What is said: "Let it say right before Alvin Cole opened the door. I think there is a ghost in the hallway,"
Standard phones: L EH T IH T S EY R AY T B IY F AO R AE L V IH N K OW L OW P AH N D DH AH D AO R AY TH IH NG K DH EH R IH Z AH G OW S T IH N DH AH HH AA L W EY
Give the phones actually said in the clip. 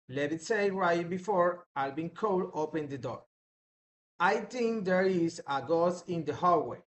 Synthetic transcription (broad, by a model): L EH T IH T S EY R AY T B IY F AO R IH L B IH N K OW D OW P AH N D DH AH D AO R AY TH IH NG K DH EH R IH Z AH G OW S IH N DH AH HH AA W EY